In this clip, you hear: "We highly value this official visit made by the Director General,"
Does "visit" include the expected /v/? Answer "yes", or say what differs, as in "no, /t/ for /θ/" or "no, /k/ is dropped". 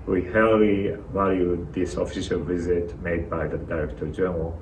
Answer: yes